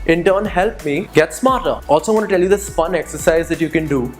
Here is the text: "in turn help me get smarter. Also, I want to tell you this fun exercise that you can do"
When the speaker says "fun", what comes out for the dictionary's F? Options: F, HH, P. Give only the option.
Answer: P